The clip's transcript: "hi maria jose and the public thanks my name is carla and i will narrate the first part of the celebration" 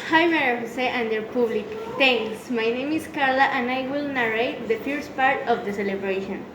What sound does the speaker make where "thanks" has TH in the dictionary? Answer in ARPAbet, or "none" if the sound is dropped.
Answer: T